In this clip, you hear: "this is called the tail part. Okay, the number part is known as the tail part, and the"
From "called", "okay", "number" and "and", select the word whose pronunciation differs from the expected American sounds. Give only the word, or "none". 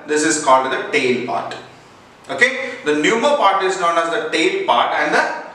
number